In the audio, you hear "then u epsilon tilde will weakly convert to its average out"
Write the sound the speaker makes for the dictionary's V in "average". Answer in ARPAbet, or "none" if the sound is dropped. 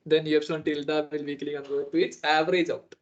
V